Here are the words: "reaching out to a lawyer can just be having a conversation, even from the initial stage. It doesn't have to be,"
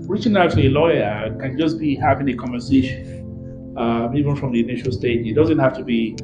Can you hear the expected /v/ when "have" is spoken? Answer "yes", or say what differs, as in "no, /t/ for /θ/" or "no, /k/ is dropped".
no, /f/ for /v/